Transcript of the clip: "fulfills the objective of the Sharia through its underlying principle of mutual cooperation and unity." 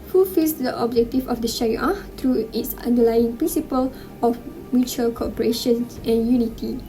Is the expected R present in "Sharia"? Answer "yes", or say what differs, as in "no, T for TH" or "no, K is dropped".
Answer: no, R is dropped